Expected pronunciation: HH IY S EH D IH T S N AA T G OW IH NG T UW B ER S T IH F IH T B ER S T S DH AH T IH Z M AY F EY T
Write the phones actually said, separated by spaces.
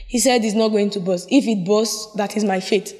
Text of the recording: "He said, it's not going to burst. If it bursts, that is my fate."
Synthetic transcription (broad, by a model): HH IY S EH D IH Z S N AA T G OW IH NG T UW B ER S IH F IH T B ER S S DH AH T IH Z M AY F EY T